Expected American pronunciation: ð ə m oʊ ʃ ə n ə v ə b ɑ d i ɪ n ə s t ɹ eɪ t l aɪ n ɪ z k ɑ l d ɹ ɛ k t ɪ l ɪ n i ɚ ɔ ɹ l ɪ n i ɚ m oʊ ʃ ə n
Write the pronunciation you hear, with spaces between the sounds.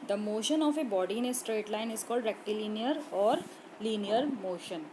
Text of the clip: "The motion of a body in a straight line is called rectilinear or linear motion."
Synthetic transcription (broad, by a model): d ə m oʊ ʃ ə n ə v ə b ɑ d i ɪ n ə s t ɹ eɪ t l aɪ n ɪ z k ɑ l d ɹ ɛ k t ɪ l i n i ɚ ɔ ɹ l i n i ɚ m oʊ ʃ ə n